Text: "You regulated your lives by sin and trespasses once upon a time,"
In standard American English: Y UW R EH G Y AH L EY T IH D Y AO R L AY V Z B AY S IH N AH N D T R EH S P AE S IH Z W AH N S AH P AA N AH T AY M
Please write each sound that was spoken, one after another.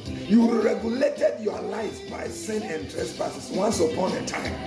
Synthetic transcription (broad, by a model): Y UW R EH G Y AH L EY T IH D Y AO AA L AY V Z B AY S IH N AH N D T R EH S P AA S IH S W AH N S AH P AA N AH T AY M